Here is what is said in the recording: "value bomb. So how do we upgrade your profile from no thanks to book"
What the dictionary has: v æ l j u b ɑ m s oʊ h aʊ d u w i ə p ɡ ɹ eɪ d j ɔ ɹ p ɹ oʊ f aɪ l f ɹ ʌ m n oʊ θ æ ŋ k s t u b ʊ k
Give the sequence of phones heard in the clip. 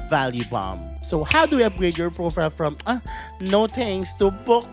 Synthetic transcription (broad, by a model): v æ l j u b ɑ m s oʊ h aʊ d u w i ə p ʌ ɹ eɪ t j ɔ ɹ p ɹ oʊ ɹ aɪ f ɹ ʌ m n oʊ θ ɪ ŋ s t u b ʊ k